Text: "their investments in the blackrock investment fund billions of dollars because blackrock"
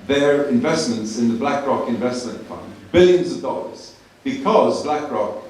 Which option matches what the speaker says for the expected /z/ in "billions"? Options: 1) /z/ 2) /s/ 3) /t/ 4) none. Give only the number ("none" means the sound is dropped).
1